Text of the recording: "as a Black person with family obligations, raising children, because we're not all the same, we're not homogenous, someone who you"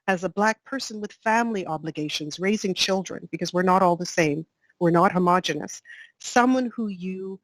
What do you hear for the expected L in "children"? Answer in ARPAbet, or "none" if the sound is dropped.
L